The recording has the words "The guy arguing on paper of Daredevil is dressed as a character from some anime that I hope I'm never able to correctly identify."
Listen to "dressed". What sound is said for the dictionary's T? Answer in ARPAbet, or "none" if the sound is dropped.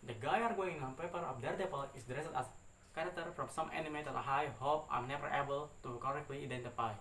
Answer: none